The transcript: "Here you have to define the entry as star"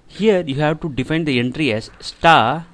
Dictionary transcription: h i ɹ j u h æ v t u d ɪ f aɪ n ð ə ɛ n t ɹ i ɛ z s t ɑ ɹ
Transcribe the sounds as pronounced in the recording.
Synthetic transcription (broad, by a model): h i ɹ j u h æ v t u d ɪ f aɪ n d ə ɛ n t ɹ i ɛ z s t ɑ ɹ